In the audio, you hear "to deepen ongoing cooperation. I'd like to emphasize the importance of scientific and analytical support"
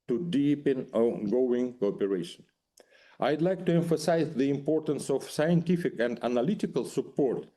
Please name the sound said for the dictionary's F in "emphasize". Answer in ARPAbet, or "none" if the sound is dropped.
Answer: F